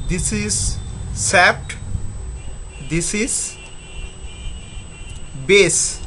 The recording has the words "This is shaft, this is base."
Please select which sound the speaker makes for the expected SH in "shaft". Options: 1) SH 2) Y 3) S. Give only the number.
3